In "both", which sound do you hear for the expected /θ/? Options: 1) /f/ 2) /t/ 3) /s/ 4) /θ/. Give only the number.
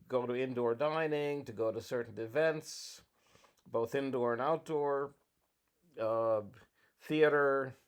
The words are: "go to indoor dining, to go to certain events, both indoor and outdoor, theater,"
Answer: 4